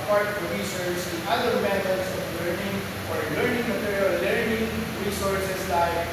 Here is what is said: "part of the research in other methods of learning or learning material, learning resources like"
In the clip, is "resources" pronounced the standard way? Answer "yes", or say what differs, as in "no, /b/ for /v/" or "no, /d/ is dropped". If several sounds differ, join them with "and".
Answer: no, /s/ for /z/